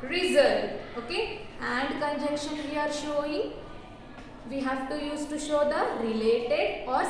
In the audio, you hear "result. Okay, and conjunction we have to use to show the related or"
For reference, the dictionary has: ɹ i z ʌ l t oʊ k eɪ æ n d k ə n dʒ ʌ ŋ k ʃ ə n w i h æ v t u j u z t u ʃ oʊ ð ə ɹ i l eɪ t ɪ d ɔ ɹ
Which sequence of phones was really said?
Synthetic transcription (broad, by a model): ɹ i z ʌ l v oʊ k eɪ æ n d k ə n dʒ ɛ k ʃ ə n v i h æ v t u j u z t u ʃ oʊ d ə ɹ i l eɪ t ɪ d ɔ ɹ